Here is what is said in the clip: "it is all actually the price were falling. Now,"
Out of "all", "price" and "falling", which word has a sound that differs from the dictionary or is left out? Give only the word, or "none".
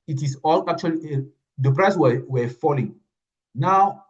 none